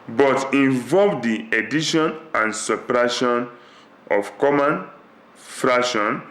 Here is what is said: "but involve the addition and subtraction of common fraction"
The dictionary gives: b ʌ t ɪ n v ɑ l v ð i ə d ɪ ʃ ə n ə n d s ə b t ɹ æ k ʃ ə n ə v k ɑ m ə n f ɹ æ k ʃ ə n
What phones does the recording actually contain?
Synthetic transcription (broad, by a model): b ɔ t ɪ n v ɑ l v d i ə d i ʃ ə n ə n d s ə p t ɹ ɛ ʃ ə n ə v k ɑ m ə n f ɹ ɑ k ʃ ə n